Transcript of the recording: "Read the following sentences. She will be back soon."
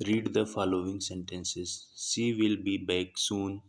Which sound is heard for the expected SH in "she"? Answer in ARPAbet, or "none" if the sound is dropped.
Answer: S